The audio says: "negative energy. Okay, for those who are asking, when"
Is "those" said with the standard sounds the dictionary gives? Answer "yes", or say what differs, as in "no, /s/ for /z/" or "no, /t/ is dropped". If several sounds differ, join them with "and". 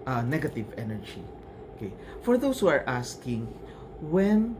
no, /s/ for /z/